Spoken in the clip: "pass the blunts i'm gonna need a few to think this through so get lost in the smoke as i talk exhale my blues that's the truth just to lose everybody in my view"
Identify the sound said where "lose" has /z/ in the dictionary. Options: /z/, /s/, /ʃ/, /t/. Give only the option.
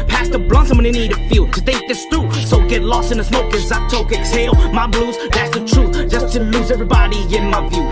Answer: /z/